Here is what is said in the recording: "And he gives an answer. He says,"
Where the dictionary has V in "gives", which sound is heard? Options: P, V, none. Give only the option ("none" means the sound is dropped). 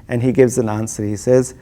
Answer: V